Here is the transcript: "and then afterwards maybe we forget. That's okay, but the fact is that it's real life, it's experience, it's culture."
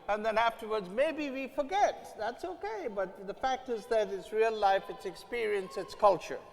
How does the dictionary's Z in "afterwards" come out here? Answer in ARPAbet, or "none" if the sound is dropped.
Z